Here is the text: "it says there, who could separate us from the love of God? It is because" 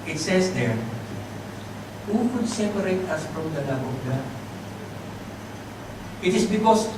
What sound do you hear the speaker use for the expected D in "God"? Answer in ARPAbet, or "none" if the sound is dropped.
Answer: none